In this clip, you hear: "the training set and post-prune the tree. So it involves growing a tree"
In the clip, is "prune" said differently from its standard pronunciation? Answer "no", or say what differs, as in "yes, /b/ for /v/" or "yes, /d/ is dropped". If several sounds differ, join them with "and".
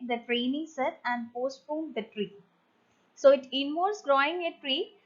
yes, /ɹ/ is dropped